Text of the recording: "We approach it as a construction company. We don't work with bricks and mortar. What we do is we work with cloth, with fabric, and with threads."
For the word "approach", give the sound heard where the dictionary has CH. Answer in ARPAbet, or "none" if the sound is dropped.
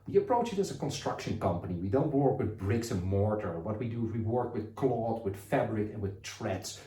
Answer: CH